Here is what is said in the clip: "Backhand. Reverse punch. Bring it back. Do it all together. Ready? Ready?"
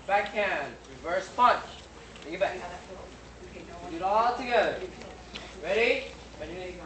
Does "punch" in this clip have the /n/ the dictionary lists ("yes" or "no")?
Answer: yes